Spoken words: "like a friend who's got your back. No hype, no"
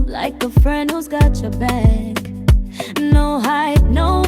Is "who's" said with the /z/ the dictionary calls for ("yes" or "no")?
yes